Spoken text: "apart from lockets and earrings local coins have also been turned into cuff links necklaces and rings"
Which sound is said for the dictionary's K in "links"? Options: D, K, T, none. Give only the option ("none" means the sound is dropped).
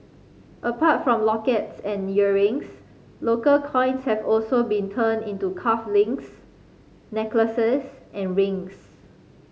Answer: none